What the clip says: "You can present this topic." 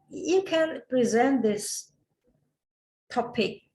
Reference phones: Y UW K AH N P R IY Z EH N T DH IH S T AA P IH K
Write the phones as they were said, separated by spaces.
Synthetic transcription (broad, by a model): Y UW K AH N P R IY Z EH N T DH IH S T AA P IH K